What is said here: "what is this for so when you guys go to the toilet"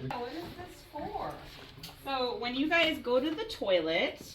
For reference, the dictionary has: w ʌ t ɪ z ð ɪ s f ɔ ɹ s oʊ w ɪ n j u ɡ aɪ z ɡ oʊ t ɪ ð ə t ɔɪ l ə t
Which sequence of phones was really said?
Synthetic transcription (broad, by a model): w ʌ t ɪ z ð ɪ s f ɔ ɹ s oʊ w ɪ n j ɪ ɡ aɪ z ɡ oʊ t ɪ ð ə t ɔɪ l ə t